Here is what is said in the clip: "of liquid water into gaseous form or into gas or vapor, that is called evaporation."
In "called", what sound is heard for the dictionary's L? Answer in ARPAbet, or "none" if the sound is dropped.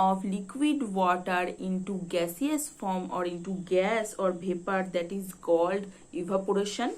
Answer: L